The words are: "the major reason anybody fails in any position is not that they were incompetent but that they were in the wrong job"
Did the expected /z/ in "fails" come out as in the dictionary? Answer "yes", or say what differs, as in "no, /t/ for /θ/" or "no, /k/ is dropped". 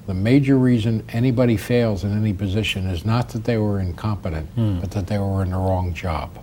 yes